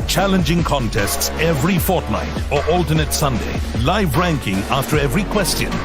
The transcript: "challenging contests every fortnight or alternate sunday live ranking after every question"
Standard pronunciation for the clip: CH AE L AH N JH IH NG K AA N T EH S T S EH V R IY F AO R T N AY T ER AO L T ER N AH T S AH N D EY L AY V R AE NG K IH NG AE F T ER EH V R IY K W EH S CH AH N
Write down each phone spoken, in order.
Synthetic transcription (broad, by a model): CH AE L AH N JH IH NG K AA N T EH S T S EH V R IY F AO R T N AY T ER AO L T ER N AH T S AH N D EY L AY V R AE NG K IH NG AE F T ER EH V R IY K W EH S CH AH N